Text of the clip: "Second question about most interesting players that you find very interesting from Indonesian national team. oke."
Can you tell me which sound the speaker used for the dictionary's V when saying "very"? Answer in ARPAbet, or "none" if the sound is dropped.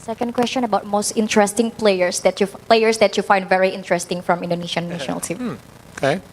V